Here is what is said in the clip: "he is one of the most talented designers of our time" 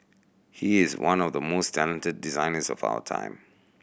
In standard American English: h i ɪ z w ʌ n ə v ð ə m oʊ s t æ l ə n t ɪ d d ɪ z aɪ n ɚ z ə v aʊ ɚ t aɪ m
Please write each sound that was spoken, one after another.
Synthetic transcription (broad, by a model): h i ɪ z w ʌ n ə v ð ə m oʊ s t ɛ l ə n t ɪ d d ɪ z aɪ n ɚ z ə v aʊ ɚ t aɪ m